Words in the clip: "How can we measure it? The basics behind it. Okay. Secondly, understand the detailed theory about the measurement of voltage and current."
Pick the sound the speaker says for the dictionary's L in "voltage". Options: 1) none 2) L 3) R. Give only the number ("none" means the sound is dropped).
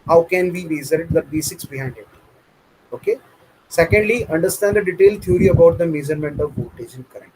1